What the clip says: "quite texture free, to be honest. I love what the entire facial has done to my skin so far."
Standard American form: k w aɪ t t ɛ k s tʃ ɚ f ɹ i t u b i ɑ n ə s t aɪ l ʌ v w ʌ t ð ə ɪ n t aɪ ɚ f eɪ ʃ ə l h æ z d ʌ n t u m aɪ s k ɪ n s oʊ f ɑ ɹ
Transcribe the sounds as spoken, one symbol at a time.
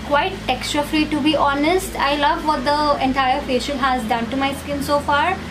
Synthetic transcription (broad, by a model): k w aɪ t t ɛ k s tʃ ɚ f ɹ i t u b i ɑ n ə s t aɪ l ʌ v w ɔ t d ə ɪ n t aɪ ɚ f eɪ ʃ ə n h æ z d ʌ n t u m aɪ s k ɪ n s oʊ f ɑ ɹ